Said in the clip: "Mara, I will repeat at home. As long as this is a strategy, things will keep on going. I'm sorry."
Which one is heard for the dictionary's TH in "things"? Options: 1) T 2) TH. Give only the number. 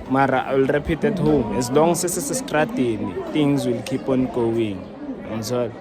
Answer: 1